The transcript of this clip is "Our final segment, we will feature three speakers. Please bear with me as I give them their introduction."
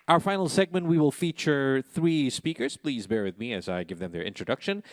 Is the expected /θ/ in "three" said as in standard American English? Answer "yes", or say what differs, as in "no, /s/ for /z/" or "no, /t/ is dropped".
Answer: yes